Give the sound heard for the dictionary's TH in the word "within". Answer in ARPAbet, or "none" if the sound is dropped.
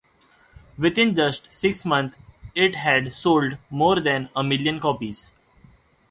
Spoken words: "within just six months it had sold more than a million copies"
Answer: T